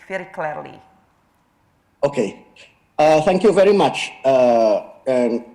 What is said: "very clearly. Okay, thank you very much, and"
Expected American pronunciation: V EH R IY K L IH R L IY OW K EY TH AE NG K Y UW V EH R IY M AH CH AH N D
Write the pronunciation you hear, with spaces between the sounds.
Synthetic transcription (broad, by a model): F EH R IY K L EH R L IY OW K EY TH AE NG K Y UW V EH R IY M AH CH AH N